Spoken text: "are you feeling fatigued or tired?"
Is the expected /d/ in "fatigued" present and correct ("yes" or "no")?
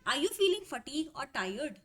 no